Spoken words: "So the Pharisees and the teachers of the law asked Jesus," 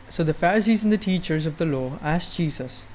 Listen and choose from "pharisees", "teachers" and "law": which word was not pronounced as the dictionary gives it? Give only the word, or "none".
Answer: none